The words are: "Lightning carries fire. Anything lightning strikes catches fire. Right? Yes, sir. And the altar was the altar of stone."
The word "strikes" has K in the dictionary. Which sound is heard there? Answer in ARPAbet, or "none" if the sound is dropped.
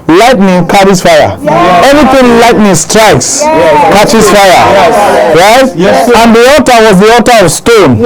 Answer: K